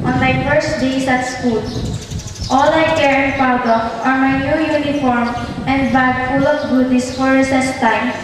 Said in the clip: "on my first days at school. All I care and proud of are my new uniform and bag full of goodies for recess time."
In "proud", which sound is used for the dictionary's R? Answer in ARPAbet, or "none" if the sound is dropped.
none